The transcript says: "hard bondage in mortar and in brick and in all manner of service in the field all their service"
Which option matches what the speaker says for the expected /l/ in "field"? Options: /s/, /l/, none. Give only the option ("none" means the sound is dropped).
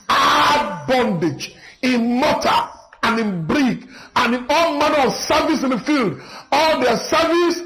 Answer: /l/